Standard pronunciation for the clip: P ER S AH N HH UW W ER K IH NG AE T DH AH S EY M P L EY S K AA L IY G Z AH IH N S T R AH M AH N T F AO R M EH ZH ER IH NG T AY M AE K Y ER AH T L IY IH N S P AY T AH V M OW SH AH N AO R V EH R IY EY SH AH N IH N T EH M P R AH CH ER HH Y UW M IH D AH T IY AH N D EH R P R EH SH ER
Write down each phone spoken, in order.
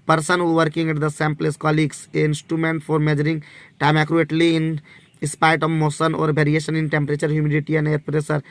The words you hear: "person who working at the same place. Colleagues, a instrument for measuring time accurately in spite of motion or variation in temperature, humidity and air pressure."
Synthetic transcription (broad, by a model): P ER S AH N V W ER K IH NG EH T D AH S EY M P L EY S K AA L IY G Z AH IH N S T R AH M AH N T F AO R M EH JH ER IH NG T AY M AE K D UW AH T L IY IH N S P AY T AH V M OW S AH N AO R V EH R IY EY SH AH N IH N T EH M P R AH CH ER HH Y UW M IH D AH T IY AH N D EH R P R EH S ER